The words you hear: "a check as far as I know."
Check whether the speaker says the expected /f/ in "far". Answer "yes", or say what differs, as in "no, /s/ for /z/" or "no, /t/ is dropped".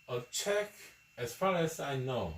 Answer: yes